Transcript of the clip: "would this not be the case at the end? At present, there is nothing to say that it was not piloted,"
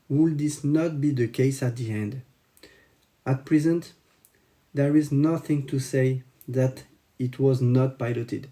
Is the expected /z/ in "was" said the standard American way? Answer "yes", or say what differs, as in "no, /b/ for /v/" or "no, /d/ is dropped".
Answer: yes